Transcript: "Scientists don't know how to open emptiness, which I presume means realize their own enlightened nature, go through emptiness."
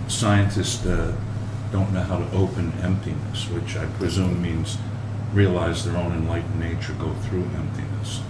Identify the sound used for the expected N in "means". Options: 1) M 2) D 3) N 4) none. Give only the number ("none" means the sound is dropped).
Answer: 3